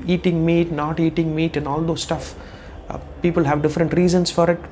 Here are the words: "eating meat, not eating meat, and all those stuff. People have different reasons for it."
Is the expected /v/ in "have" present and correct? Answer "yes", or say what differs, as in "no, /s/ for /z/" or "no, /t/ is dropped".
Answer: yes